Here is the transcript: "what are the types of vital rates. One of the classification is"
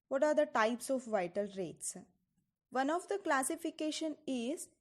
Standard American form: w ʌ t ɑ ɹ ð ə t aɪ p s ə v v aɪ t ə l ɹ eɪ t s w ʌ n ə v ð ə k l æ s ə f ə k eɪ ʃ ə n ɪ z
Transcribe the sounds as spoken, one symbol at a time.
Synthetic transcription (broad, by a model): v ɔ t ɑ ɹ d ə t aɪ p s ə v v aɪ t ə l ɹ eɪ t s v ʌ n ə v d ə k l æ s ə f ə k eɪ ʃ ə n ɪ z